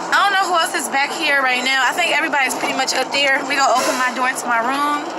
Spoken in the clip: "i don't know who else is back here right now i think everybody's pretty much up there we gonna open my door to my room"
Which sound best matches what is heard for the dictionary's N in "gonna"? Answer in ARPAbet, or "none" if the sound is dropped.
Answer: none